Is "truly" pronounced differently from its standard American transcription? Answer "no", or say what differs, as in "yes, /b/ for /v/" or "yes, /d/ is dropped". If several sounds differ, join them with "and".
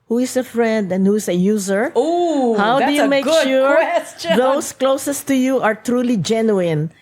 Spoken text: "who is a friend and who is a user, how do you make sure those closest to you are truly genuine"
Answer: no